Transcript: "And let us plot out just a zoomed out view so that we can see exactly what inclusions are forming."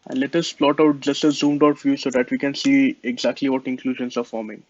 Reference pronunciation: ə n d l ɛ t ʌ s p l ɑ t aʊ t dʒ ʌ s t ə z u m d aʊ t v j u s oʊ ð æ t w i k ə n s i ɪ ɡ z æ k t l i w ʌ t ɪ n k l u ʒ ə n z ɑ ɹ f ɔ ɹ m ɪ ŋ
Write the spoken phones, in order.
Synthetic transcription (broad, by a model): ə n d l ɛ t ʌ s p l ɑ t aʊ t dʒ ʌ s t ə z u m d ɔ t f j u s oʊ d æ t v i k ə n s i ɪ ɡ z æ k t l i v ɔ t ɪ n k l u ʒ ə n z ɑ ɹ f ɔ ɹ m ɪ ŋ